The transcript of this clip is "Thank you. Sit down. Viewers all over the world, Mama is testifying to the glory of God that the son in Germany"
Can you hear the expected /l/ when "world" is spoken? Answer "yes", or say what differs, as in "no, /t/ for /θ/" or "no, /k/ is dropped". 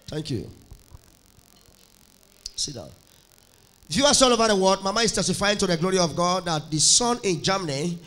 no, /l/ is dropped